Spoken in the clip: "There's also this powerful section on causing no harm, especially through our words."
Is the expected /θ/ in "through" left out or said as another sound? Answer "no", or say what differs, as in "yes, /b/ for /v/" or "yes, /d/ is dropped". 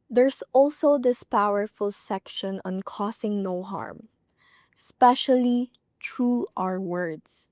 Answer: yes, /t/ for /θ/